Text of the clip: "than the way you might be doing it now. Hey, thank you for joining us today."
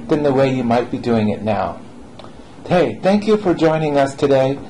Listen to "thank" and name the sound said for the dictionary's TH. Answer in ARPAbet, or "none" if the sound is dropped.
TH